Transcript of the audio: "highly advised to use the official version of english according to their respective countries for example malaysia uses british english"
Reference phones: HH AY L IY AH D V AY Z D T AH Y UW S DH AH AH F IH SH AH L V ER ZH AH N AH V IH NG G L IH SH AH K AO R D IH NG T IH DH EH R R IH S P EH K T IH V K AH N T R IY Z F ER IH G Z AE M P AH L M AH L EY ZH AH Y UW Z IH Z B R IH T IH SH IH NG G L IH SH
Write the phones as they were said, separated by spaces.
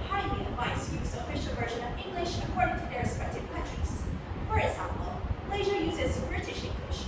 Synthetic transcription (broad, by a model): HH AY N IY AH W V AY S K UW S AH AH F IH SH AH L V ER ZH AH N AH V IH NG G L IH SH AH K AO R D IH NG T IH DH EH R R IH S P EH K T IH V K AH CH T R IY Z F ER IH G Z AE M P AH L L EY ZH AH Y UW Z IH Z B R IH T IH SH IH NG G L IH SH